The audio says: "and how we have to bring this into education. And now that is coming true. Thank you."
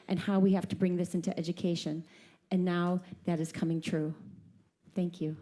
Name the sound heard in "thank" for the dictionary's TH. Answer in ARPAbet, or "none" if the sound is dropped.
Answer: TH